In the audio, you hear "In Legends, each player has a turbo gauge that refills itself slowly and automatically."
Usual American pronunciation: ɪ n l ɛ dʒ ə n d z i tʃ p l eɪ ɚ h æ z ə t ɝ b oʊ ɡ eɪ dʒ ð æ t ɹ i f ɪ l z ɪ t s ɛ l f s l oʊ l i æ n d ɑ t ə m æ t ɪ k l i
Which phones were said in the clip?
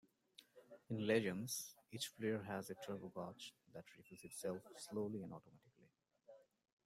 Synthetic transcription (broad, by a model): ɪ n l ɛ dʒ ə n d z i tʃ f l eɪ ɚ h æ z ə t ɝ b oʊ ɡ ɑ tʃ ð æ t ɹ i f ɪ z ɪ t s ɛ l f s l oʊ l i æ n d ɑ t ə m æ t ɪ k l i